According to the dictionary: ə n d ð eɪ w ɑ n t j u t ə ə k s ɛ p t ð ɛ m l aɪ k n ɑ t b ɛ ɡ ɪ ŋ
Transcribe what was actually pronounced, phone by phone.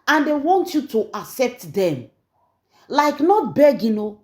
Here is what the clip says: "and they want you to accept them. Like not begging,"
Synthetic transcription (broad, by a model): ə n d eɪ w ɑ n t j u t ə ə s ɛ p t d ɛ m l aɪ k n ɑ t b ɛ ɡ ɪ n